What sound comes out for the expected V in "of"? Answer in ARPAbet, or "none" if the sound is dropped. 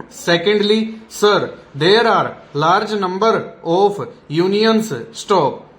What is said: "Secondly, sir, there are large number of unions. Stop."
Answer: P